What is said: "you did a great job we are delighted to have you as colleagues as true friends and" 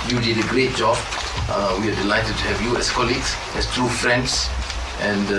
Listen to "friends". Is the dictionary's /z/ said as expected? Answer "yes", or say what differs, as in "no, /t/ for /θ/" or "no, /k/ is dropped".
no, /s/ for /z/